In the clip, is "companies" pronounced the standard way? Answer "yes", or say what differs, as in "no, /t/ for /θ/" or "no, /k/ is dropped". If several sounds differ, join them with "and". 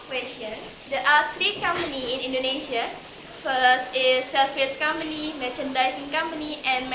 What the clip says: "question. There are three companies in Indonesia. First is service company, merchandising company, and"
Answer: no, /z/ is dropped